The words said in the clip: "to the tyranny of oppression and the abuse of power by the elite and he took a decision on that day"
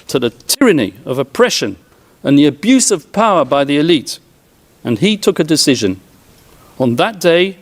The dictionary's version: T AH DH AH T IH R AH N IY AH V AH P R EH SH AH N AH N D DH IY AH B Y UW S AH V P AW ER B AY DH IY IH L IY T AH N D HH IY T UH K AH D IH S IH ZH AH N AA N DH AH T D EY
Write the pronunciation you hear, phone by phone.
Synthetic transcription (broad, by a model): T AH DH AH T IH R AH N IY AH V AH P R EH SH AH N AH N DH IY AH B Y UW S AH V P AW ER B AY DH IY IH L IY T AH N IY T UH K AH D IH S IH ZH AH N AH N DH AH T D EY